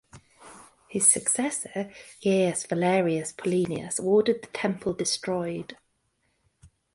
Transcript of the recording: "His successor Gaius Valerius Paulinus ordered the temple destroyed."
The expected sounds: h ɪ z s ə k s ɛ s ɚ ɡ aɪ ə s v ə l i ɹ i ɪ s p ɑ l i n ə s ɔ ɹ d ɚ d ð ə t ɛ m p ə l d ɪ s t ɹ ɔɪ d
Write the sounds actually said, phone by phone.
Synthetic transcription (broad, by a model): h ɪ z s ə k s ɛ s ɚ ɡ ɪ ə s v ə l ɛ ɹ i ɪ s p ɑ l i n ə s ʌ w d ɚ d ð ə t ɛ m p ə l d ɪ s t ɹ ɔɪ d